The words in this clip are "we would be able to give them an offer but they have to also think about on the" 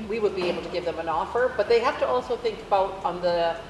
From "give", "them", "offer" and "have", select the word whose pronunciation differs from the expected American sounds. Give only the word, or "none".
have